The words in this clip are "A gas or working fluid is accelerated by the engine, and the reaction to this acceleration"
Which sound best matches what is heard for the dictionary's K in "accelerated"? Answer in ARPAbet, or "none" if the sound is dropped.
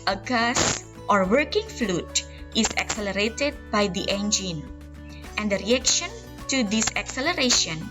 K